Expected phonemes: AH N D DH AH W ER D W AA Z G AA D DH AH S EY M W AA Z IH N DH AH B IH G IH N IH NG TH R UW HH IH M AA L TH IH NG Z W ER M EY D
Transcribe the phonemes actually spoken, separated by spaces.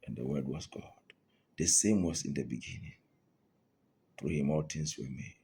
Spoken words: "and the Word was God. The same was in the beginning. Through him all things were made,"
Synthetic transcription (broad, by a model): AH N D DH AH W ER D W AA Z G AA D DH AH S EY M W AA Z IH N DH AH B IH G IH N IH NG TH R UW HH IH M AA L T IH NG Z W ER M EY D